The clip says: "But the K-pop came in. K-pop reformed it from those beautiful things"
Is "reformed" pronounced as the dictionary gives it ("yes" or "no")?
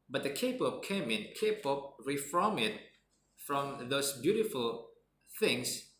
no